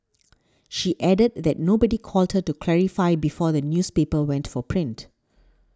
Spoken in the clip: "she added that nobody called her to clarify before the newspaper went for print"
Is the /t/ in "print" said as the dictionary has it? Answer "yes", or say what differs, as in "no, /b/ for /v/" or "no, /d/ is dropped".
yes